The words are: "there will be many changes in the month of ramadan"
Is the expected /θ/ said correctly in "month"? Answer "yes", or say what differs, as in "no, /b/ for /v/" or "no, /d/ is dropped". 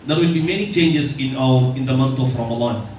no, /t/ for /θ/